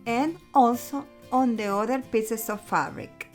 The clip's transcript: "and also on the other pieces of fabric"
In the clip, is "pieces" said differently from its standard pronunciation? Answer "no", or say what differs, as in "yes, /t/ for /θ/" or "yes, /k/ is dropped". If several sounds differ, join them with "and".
yes, /s/ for /z/